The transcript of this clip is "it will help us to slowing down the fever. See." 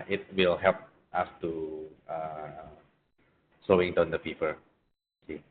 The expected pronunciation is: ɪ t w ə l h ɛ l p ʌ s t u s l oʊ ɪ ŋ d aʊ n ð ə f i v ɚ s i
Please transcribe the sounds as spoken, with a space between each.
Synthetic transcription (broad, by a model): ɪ t w ə l h ɛ l p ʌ s t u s oʊ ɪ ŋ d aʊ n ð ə p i p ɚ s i